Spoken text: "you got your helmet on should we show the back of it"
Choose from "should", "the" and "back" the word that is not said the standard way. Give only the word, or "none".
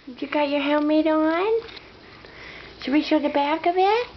should